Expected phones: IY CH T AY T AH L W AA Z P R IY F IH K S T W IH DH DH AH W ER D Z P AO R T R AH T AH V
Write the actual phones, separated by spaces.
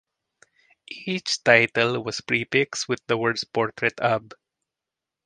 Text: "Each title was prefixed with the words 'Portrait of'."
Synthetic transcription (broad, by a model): IY CH T AY T AH L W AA S P R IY P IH K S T W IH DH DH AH W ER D S P AO R T R AH T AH B